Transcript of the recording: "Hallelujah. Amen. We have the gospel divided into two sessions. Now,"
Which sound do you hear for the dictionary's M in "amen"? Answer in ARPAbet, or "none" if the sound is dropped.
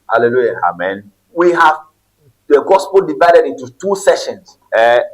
M